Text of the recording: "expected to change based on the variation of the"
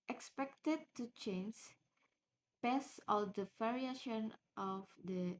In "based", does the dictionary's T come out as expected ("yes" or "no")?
no